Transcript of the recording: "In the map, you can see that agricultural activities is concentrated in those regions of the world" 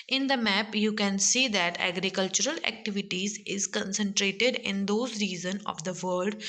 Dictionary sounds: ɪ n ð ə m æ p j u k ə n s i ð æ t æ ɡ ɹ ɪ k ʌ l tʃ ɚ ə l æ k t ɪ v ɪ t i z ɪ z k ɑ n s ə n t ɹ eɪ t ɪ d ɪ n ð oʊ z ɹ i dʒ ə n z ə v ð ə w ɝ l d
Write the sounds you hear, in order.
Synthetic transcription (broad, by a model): ɪ n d ə m æ p j u k ə n s i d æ t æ ɡ ɹ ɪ k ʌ l tʃ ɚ ə l æ k t ɪ v ɪ t i z ɪ z k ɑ n s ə n t ɹ eɪ t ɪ d ɪ n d oʊ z ɹ i z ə n ə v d ə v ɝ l d